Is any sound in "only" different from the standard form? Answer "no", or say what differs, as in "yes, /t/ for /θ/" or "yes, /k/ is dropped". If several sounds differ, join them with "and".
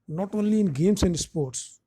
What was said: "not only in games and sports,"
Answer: no